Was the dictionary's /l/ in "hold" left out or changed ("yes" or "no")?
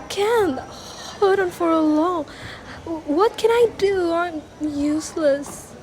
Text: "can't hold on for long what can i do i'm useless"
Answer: yes